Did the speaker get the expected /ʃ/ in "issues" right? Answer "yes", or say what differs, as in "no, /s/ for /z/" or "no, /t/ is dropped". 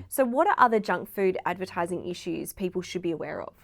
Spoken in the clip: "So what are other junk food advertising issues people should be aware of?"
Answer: yes